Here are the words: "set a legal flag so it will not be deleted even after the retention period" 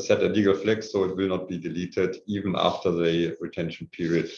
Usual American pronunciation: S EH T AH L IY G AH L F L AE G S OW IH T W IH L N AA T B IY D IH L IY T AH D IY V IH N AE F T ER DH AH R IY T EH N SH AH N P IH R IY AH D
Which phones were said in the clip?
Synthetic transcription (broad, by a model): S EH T AH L IY G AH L F L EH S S OW IH T W IH L N AA T B IY D IH L IY T AH D IY V IH N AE F T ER DH AH R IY T EH N SH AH N P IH R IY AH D